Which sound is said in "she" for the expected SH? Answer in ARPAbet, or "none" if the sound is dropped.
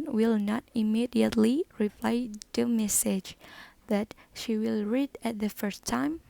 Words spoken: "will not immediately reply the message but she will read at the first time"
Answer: SH